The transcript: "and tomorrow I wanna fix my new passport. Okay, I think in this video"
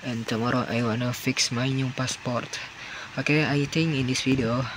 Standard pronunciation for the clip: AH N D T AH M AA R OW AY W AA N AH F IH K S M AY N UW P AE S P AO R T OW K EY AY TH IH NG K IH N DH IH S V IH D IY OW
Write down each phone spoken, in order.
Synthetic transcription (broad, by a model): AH N T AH M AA R OW AY W AA N AH F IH K S M AY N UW P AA S P AO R T OW K EY AY T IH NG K IH N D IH S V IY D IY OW